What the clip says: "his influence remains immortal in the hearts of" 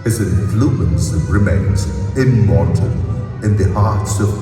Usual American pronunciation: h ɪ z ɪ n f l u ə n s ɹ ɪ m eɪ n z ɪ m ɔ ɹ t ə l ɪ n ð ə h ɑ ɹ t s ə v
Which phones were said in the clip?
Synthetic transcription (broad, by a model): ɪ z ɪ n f l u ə n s ɹ ɪ m eɪ n z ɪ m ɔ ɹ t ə n ɪ n ð ə h ɑ ɹ t s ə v